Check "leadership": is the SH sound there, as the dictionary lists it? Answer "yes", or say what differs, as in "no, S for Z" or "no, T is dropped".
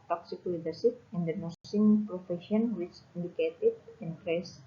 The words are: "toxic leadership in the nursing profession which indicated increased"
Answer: no, S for SH